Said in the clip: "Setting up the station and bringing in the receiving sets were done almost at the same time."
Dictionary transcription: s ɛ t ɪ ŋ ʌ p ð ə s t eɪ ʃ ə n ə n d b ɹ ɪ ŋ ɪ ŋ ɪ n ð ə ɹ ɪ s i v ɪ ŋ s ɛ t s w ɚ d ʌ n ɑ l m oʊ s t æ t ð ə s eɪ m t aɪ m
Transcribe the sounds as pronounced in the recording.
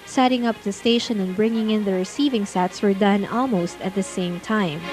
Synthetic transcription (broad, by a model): s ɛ t ɪ ŋ ʌ p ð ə s t eɪ ʃ ə n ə n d b ɹ ɪ ŋ ɪ ŋ ɪ n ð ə ɹ ɪ s i v ɪ ŋ s ɛ t s w ɚ d ʌ n ɑ l m oʊ s t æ t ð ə s eɪ m t aɪ m